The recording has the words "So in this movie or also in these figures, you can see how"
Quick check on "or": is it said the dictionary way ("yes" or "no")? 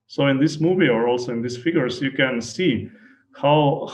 yes